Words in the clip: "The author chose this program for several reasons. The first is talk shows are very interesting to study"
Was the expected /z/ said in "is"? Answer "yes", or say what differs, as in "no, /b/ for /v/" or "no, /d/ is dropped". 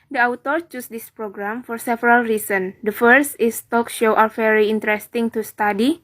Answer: no, /s/ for /z/